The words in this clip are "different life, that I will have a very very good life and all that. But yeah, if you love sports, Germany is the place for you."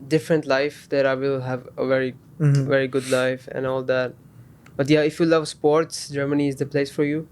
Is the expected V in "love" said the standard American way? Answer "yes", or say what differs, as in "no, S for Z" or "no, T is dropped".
yes